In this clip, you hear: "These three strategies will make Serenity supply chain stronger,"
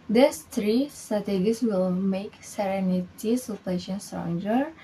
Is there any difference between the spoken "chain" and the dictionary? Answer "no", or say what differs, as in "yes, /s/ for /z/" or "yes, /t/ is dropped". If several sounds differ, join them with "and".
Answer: yes, /ʃ/ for /tʃ/